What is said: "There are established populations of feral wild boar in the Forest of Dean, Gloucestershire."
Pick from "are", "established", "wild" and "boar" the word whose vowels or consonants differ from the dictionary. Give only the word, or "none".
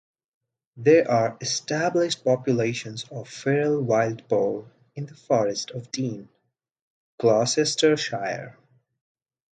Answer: boar